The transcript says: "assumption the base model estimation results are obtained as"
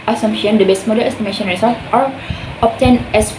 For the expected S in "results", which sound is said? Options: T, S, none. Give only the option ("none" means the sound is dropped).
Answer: none